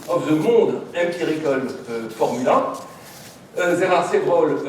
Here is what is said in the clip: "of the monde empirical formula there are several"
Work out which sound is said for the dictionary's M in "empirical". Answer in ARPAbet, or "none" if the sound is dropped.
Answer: none